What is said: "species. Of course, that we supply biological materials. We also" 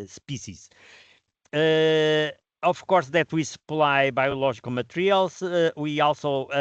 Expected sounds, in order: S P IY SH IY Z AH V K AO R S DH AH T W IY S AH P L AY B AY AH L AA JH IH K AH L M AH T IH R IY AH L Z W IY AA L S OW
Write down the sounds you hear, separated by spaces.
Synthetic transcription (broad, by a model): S P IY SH IY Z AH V K AO R S DH AH T W IY S AH P L AY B AY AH L AA ZH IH K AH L M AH T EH R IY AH L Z W IY AA L S OW